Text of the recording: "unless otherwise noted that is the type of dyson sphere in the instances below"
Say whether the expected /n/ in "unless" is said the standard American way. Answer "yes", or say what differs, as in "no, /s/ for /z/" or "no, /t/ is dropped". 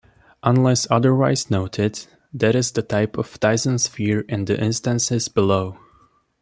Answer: yes